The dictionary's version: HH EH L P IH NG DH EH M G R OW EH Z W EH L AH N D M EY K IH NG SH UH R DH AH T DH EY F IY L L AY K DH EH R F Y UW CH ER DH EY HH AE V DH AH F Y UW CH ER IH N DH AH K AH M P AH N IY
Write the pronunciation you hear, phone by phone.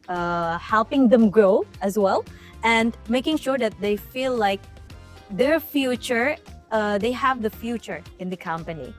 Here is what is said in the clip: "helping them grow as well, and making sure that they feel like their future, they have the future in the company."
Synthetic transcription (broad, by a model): HH EH L P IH NG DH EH M G R OW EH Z W EH L AH N D M EY K IH NG SH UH R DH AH T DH EY F IY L L AY K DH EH R F Y UW CH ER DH EY HH AE V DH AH F Y UW CH ER IH N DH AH K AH M P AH N IY